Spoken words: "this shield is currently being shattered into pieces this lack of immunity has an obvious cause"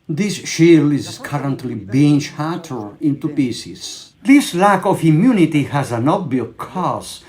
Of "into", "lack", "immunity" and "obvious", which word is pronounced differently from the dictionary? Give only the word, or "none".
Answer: obvious